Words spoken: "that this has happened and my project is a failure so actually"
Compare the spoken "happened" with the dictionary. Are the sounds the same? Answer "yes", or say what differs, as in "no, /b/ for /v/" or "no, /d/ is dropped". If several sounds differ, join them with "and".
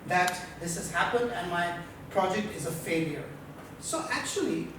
yes